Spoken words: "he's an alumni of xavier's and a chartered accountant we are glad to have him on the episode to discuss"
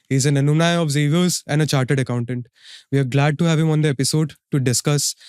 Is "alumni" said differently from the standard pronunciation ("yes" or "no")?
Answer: yes